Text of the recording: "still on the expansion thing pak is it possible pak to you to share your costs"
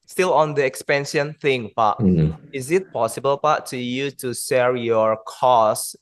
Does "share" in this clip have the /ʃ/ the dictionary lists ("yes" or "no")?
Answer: no